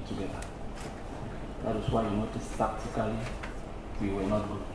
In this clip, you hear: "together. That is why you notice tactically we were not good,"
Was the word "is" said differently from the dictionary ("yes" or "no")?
yes